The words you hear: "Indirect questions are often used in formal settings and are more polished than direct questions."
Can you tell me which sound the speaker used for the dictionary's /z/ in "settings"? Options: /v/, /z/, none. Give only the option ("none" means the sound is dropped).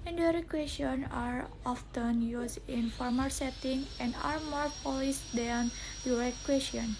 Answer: none